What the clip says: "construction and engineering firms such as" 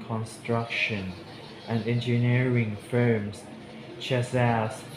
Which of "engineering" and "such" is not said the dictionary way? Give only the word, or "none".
such